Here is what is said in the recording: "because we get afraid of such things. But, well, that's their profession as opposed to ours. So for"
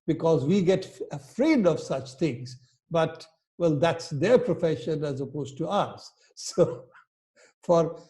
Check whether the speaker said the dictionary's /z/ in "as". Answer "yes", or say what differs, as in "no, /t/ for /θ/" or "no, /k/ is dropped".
yes